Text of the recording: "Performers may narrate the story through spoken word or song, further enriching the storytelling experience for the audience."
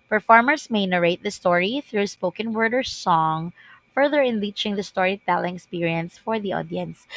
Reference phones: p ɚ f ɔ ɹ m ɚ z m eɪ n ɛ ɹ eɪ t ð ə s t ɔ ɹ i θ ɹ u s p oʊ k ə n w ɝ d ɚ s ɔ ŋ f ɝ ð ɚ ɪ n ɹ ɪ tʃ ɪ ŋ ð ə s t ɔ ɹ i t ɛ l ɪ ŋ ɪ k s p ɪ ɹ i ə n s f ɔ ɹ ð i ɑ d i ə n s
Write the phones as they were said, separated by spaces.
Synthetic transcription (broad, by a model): p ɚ f ɔ ɹ m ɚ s m eɪ n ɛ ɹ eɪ t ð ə s t ɔ ɹ i θ ɹ u s p oʊ k ə n w ɝ d ɚ s ɔ ŋ f ɝ ð ɚ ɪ n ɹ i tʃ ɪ ŋ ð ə s t ɔ ɹ i t ɛ l ɪ ŋ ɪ k s p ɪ ɹ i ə n s f ɔ ɹ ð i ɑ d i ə n s